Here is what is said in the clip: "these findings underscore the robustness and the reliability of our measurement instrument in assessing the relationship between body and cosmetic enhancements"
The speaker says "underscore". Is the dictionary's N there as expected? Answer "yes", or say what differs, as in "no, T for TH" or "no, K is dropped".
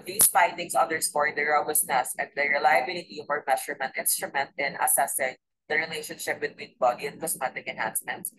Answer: no, N is dropped